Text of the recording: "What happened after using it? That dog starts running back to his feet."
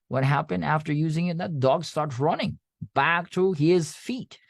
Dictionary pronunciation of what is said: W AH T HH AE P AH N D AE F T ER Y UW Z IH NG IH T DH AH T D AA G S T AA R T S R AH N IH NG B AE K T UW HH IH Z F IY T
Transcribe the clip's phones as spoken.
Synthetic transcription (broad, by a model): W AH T HH AE P AH N D AE F T ER Y UW Z IH NG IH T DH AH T D AA G S T AA R T S R AH N IH NG B AE K T UW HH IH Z F IY T